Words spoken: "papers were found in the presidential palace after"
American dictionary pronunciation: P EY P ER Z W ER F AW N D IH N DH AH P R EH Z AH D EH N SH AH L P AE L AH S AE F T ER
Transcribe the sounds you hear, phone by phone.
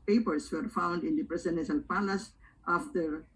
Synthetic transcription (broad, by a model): P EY P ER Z W ER F AW N D IH N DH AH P R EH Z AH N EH SH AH N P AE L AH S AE F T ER